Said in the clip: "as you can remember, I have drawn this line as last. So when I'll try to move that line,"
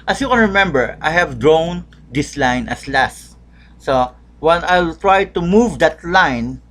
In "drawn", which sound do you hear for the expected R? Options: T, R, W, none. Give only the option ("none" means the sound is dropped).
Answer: R